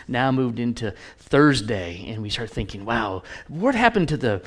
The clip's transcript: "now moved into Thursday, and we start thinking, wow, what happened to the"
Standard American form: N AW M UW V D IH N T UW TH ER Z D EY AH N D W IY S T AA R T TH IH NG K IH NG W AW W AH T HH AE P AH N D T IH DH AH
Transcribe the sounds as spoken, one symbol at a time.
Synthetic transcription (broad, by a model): N AW M UW V D IH N T UW TH ER Z D EY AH N W IY S T AA R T TH IH NG K IH NG W AW W AH T HH AE P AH N T IH DH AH